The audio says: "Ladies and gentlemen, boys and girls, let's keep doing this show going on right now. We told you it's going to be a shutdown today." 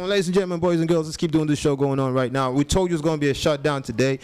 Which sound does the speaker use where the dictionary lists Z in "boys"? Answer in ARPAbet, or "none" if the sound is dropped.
Z